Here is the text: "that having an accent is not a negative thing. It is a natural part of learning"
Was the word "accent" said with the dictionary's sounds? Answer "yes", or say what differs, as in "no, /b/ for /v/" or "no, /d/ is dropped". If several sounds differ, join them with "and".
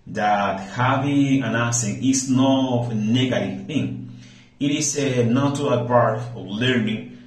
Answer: no, /k/ is dropped